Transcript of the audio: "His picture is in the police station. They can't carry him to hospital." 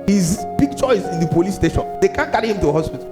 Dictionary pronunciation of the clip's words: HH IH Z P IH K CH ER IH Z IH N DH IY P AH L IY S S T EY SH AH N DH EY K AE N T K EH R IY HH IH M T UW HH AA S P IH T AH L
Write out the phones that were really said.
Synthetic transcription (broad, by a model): HH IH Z B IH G CH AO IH S IH N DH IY P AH L IY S S T EY SH AH N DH EY K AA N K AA R IY HH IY M T UW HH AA S P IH T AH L